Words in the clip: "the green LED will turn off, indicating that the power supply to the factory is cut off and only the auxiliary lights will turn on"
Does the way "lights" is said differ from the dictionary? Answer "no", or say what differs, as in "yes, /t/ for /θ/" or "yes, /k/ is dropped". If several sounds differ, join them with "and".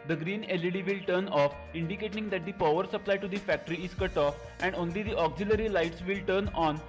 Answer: no